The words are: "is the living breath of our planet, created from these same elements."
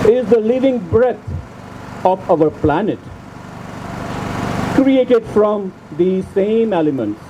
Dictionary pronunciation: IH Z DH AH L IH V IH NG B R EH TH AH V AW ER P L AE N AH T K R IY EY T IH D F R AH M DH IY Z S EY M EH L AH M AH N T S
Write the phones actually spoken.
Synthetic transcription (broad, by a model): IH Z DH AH L IH V IH NG B R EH T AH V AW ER P L AE N AH T K R IY EY T IH D F R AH M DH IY S EY M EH L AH M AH N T S